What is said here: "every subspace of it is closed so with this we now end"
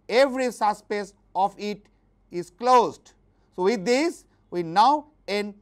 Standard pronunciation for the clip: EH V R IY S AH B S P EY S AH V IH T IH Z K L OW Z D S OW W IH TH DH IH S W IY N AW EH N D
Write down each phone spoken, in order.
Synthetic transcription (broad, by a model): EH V R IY S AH S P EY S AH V IH T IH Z K L OW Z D S OW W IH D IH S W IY N AW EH N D